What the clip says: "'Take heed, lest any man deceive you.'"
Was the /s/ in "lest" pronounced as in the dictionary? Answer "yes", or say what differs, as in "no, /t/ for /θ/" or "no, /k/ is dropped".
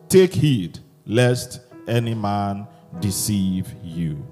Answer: yes